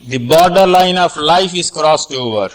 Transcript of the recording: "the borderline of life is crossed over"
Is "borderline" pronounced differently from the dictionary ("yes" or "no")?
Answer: no